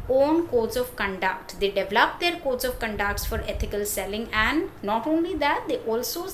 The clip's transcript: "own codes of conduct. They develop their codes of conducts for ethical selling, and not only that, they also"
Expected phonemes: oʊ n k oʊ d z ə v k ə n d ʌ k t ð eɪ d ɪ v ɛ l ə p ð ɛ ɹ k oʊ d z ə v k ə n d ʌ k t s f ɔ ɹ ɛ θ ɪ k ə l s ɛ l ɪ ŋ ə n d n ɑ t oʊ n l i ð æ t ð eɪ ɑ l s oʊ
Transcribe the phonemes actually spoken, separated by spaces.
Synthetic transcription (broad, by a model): oʊ n k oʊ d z ə v k ə n d ʌ k t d eɪ d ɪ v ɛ l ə p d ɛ ɹ k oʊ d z ə v k ə n d ʌ k t s f ɔ ɹ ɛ t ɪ k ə l s ɛ l ɪ ŋ ə n d n ɑ t oʊ n l i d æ t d eɪ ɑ l s oʊ